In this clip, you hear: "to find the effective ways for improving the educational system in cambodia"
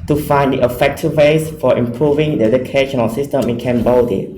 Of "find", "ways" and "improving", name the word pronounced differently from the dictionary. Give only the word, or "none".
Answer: ways